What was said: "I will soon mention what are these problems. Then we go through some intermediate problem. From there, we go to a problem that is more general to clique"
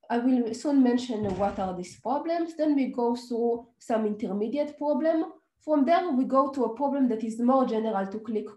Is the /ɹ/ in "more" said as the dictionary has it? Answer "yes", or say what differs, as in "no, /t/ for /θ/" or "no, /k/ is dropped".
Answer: yes